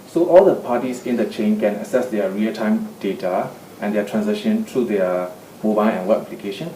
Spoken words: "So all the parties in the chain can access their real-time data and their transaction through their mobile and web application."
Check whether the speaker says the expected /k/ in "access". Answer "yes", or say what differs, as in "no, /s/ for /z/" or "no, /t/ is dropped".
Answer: no, /k/ is dropped